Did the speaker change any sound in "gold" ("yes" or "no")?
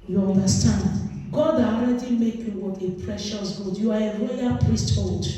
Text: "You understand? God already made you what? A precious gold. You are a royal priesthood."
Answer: yes